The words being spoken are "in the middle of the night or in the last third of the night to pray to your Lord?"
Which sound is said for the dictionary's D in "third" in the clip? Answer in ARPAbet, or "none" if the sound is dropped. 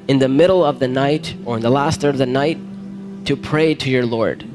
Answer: none